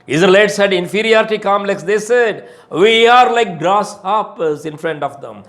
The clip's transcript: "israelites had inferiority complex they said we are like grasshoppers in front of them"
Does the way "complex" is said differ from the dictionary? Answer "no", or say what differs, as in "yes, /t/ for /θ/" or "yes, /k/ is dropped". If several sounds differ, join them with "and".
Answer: yes, /p/ is dropped